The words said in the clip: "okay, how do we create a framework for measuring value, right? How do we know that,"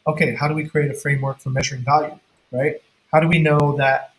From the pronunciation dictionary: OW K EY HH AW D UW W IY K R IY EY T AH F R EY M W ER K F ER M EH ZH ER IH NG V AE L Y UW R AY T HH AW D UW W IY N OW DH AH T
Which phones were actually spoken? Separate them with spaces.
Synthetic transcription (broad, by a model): OW K EY HH AW D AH W IY K R IY EY T AH F R EY M W ER K F ER M EH ZH ER IH NG V AE L Y UW R AY T HH AW D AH W IY N OW DH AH T